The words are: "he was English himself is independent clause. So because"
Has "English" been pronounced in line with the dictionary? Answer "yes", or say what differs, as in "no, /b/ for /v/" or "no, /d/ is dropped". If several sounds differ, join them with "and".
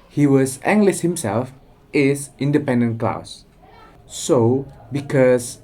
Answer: no, /s/ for /ʃ/